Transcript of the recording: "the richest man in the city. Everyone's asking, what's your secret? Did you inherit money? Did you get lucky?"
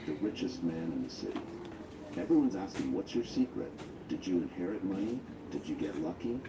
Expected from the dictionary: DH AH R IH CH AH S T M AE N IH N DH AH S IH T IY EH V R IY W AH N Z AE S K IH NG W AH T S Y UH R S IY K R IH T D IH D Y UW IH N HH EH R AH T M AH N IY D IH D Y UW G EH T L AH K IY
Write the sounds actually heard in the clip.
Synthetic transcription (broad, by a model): DH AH R IH CH AH S T M AE N IH N DH AH S IH T IY EH V R IY W AH N Z AE S K IH NG W AH T S Y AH R S IY K R IH T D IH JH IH IH N HH EH R AH T M AH N IY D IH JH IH G EH T L AH K IY